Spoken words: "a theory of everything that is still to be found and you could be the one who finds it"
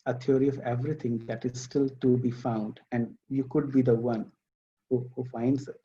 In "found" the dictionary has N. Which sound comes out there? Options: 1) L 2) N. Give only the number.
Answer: 2